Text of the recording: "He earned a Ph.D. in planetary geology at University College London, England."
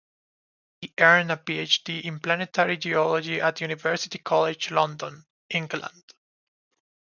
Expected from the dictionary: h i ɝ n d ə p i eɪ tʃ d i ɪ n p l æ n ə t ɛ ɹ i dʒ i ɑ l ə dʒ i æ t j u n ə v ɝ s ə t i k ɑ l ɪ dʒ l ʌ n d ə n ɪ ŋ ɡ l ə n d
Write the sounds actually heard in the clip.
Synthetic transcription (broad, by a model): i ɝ n ə p i eɪ tʃ d i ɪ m p l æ n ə t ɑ ɹ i dʒ i ɑ l ə dʒ i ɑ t j u n ə v ɝ s ə t i k ɑ l ɪ dʒ l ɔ n d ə n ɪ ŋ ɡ l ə n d